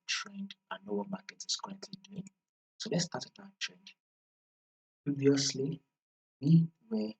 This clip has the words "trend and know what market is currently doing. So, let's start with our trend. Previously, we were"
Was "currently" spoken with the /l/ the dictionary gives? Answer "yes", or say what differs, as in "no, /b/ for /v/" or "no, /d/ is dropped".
no, /l/ is dropped